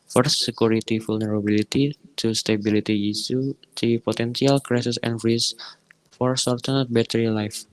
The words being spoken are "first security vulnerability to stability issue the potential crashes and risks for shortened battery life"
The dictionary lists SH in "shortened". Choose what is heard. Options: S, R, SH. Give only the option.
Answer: S